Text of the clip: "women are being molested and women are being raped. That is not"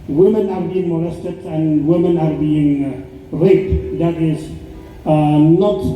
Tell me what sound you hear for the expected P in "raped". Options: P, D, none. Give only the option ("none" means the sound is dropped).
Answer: none